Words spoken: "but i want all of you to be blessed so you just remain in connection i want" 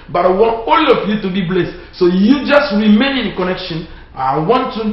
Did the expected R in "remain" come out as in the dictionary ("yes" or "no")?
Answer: yes